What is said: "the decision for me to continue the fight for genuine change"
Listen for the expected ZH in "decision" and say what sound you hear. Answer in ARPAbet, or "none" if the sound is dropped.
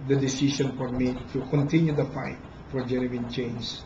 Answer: SH